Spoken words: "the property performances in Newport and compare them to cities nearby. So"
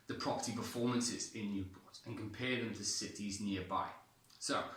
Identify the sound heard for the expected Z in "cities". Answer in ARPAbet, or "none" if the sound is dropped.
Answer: Z